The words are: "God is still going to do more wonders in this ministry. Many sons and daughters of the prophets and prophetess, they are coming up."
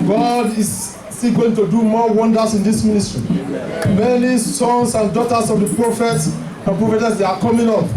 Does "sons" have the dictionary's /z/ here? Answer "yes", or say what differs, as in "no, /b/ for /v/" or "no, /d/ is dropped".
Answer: no, /s/ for /z/